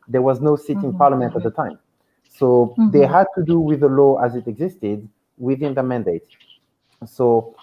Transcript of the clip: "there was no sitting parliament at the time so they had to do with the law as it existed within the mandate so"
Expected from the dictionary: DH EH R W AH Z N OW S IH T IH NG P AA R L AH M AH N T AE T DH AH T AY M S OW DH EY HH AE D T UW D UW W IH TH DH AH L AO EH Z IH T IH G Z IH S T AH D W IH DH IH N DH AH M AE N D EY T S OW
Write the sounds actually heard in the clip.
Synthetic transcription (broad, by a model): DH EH R W AH Z N OW S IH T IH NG P AA R L AH M AH N T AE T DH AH T AY M S OW DH EY HH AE D T UW D UW W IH DH AH L AO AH Z IH T IH G Z IH S T AH D W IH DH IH N DH AH M AE N D EY T S OW